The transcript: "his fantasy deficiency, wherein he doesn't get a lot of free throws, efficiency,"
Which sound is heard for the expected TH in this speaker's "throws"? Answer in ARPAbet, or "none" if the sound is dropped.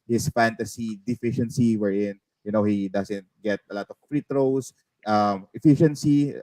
T